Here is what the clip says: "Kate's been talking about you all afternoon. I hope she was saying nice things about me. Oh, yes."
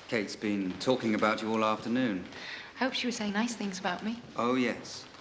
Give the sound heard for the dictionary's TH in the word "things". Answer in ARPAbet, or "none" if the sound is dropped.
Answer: TH